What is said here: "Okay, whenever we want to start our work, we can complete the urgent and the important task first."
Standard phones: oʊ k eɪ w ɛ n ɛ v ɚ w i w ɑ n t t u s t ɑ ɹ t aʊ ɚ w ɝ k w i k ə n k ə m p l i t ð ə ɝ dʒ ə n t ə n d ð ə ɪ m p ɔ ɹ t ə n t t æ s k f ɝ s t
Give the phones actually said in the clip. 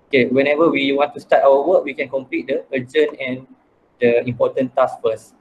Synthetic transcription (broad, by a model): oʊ k eɪ w ɛ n ɛ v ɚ w i w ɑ n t t u s t ɑ t aʊ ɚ w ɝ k w i k ə n k ə m p l i t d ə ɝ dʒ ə n ə n d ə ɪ m p ɔ t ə n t t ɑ s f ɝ s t